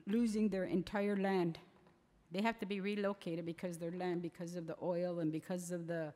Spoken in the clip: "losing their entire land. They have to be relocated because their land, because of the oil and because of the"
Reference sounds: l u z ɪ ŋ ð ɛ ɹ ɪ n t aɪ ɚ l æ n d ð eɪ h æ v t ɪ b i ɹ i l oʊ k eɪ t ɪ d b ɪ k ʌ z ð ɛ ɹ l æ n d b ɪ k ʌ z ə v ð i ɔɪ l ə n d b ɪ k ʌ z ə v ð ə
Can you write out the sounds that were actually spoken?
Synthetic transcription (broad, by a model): l u z ɪ ŋ ð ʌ ɹ ɪ n t aɪ ɚ l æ n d ð eɪ h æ f t ɪ b i ɹ i l oʊ k eɪ t ɪ d b ɪ k ʌ z ð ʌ ɹ l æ n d b ɪ k ʌ z ə v ð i ɔɪ l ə n b ɪ k ʌ z ə v ð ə